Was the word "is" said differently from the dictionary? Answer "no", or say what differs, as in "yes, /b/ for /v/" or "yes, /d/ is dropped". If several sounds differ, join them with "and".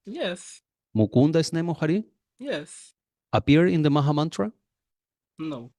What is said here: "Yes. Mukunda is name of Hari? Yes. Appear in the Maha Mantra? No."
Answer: yes, /s/ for /z/